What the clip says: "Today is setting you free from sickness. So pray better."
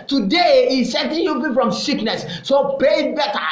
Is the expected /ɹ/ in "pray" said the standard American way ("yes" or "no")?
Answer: no